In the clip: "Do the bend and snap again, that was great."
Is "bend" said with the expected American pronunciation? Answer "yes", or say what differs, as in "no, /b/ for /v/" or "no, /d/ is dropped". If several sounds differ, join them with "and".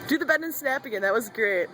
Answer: no, /n/ is dropped